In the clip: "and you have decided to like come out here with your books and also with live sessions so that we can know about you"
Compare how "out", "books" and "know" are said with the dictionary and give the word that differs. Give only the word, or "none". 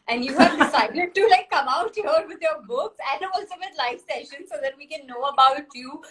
none